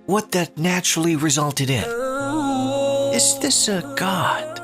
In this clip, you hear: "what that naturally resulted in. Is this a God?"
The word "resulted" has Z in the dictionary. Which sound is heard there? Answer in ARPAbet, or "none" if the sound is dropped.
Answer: Z